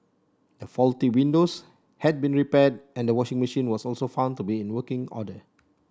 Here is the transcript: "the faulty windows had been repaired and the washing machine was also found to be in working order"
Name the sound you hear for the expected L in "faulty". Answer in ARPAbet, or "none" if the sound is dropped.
L